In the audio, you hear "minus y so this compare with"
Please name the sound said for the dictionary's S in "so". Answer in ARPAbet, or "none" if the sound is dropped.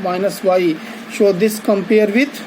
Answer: SH